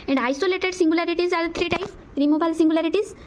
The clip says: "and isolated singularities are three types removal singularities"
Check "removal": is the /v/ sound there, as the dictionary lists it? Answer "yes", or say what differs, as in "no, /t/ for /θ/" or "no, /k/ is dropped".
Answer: no, /b/ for /v/